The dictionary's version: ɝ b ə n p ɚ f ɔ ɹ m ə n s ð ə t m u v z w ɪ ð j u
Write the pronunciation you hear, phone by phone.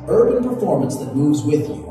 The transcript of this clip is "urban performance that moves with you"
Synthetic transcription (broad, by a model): ɝ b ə n p ɚ f ɔ ɹ m ə n s ð ə t m u v z w ɪ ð